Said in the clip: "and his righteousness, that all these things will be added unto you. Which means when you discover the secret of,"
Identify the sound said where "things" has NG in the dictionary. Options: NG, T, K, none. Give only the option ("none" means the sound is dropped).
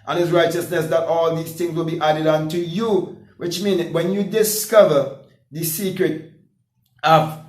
NG